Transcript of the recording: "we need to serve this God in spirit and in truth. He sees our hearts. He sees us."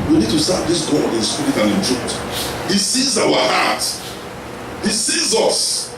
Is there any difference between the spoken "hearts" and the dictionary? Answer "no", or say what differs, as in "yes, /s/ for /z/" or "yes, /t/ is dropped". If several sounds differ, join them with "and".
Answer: yes, /s/ is dropped